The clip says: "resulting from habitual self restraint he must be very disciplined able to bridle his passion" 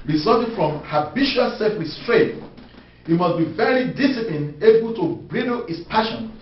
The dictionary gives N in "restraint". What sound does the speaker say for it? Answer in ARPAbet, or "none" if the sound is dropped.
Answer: none